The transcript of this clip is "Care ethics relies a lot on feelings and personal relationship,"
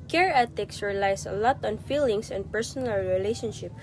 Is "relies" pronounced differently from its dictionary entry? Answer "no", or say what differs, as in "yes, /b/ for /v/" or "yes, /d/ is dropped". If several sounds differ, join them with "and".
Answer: yes, /s/ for /z/